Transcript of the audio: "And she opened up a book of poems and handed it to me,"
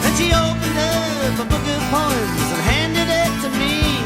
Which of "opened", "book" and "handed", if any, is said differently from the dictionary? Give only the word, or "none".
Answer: none